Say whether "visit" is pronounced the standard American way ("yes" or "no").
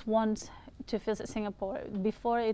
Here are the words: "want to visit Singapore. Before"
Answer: no